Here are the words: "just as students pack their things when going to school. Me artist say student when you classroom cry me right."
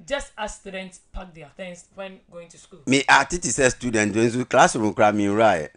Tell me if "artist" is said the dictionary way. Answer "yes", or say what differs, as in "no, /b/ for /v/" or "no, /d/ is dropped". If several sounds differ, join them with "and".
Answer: no, /s/ is dropped